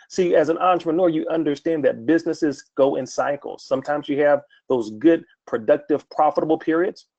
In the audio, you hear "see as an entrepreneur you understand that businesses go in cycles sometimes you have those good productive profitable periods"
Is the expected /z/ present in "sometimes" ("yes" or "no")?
yes